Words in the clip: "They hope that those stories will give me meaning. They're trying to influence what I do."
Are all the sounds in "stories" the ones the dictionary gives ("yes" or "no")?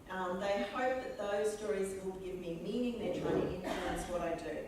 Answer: yes